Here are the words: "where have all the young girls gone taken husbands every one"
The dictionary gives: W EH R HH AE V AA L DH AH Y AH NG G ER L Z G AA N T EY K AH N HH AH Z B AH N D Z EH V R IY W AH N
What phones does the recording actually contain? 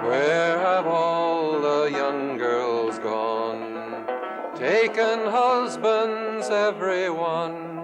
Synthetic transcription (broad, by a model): W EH R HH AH V AA L DH AH Y AH NG G ER L Z G AA N T EY K AH N HH AH Z B AH N D Z EH V R IY W AH N